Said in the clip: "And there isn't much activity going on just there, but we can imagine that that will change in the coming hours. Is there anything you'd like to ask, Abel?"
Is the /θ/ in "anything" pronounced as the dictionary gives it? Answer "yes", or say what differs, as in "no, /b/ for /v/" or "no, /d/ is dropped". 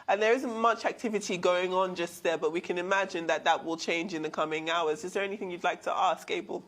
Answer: yes